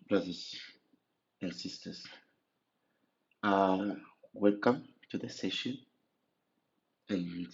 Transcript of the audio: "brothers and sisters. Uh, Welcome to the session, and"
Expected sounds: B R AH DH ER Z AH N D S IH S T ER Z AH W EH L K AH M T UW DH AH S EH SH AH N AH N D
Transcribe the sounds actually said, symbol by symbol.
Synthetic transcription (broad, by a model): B R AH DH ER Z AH N S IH S T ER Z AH W EH L K AH M T UW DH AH S EH SH AH N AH N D